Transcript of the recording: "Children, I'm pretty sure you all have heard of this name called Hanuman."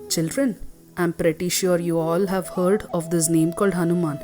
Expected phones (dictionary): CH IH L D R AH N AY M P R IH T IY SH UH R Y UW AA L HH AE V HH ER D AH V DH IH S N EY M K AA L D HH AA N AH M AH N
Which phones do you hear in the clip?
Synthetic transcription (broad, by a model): CH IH L D R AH N AY M P R IH T IY SH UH R Y UW AA L HH AE V HH ER D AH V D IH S N EY M K AA L D HH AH N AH M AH N